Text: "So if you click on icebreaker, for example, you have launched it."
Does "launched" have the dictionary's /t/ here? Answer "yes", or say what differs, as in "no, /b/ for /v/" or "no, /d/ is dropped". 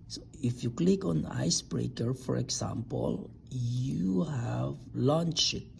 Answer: no, /t/ is dropped